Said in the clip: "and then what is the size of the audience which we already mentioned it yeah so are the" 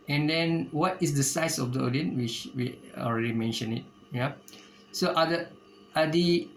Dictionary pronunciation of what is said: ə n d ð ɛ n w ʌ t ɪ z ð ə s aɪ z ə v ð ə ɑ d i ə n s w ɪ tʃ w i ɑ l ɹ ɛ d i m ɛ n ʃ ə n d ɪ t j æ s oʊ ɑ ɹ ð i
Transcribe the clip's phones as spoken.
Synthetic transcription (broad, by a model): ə n d ɛ n w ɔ t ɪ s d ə s aɪ s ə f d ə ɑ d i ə n w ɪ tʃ w i ɑ l ɹ ɛ d i m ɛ n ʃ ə n ɪ t j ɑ s oʊ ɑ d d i